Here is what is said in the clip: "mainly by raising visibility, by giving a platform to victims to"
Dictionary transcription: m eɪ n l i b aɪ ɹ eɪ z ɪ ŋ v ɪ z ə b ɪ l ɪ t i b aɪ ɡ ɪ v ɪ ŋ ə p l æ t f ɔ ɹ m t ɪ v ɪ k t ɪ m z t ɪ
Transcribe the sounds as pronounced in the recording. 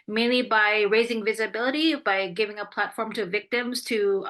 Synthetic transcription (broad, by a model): m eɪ n l i b aɪ ɹ eɪ z ɪ ŋ v ɪ z ə b ɪ l ɪ t i b aɪ ɡ ɪ v ɪ ŋ ə p l æ t f ɔ ɹ m t ɪ v ɪ k t ɪ m z t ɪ